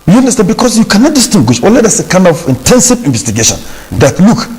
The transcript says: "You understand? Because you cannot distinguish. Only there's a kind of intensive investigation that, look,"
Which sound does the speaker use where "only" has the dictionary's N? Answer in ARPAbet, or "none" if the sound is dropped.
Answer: none